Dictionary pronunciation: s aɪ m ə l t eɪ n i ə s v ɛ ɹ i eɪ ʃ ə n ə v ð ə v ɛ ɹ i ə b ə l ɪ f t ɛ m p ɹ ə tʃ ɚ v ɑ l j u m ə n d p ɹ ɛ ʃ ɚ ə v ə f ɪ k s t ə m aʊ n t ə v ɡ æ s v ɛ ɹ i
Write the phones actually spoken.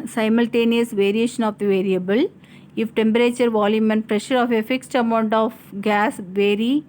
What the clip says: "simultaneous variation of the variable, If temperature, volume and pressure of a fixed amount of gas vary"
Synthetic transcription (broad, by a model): s aɪ m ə l t eɪ n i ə s v ɛ ɹ i eɪ ʃ ə n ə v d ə v ɛ ɹ i ə b ə l ɪ f t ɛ m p ɹ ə tʃ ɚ v ɑ l j u m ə n p ɹ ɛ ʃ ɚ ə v ə f ɪ k s t ə m aʊ n t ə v ɡ æ s v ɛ ɹ i